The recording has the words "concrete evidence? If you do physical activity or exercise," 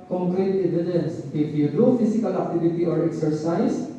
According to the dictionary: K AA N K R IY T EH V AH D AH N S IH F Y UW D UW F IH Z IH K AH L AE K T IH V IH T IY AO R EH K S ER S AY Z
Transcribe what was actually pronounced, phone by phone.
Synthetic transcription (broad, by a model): K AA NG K R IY T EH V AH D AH N S IH F Y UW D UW F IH S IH K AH L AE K T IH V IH T IY AO R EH K S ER S AY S